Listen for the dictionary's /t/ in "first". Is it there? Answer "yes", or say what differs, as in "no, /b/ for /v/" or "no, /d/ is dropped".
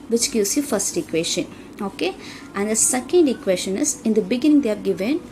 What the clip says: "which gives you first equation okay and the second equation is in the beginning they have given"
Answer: yes